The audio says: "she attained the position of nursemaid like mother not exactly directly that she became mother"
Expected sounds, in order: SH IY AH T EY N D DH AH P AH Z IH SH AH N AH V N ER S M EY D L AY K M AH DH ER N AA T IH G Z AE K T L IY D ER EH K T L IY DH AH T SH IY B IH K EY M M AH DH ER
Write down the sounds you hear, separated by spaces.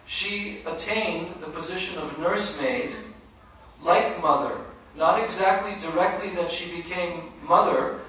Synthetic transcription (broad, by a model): SH IY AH T EY N DH AH P AH Z IH SH AH N AH V N ER S M EY D L AY K M AH DH ER N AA T IH G Z AE K T L IY D ER EH K T L IY DH AH T SH IY B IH K EY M M AH DH ER